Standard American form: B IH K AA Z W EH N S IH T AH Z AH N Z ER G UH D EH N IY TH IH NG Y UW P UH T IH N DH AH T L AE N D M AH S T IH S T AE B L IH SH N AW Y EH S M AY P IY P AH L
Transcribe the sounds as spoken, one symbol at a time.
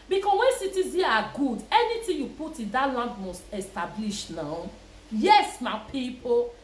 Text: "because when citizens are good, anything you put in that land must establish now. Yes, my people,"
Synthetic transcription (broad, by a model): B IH K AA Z W EH N S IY T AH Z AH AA G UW D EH N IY T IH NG Y UW P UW T IH N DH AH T L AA N D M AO S T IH S T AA B L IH SH N AW Y EH S M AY P IY P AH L